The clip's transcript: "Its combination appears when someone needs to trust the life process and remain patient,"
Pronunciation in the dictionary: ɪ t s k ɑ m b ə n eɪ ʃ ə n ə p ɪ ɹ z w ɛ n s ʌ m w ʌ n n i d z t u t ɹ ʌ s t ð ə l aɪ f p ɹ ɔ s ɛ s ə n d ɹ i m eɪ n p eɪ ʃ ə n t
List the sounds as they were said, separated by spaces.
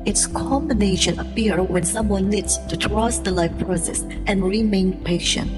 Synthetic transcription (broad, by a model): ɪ t s k ɑ m b ə n eɪ ʃ ə n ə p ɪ ɹ w ɛ n s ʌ m w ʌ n n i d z t u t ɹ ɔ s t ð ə l aɪ f p ɹ ɔ s ɛ s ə n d ɹ i m eɪ n p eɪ ʃ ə n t